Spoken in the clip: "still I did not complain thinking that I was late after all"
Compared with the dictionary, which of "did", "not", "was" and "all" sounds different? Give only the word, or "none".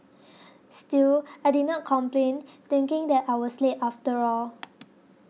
was